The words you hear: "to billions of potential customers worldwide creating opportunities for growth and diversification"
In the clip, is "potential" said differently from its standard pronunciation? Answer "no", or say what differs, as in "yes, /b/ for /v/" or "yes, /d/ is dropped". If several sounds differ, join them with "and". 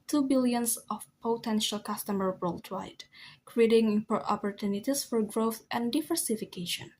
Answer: no